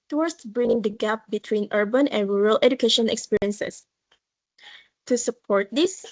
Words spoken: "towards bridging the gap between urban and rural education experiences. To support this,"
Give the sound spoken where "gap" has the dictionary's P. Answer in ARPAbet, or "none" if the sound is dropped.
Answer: P